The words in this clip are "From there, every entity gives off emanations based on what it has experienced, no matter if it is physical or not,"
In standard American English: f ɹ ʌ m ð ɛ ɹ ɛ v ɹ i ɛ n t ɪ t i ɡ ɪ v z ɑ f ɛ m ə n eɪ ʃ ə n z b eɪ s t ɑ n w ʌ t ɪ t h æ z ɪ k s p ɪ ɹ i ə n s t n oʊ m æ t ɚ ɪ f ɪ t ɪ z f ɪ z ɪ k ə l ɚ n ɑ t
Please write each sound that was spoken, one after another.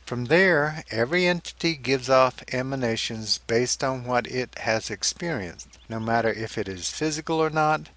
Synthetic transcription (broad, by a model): f ɹ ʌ m ð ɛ ɹ ɛ v ɹ i ɛ n t ɪ t i ɡ ɪ v z ɑ f ɛ m ə n eɪ ʃ ə n z b eɪ s t n w ʌ t ɪ t h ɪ z ɪ k s p ɪ ɹ i ə n s t n oʊ m æ t ɚ ɪ f ɪ t ɪ z f ɪ z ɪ k l ɚ n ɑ t